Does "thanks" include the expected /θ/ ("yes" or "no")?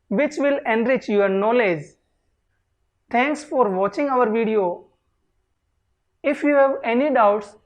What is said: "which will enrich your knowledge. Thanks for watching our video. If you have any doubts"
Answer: no